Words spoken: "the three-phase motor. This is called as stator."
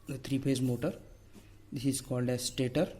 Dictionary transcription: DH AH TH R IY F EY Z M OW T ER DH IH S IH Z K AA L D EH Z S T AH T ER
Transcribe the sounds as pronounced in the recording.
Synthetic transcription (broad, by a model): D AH T R IY P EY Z M OW T ER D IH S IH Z K AA L D EH Z S T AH T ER